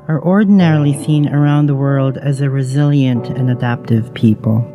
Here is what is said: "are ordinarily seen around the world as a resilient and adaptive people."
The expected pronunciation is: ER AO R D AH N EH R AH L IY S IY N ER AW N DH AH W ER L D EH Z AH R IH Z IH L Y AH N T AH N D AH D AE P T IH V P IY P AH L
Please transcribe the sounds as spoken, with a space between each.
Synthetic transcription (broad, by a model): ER AO R D N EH R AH L IY S IY N ER AW N DH AH W ER L D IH Z AH R IH Z IH L Y AH N T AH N AH D AE P T IH V P IY P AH L